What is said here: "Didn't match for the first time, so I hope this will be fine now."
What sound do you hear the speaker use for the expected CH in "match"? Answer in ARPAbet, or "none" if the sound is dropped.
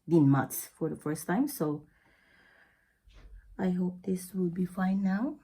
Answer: S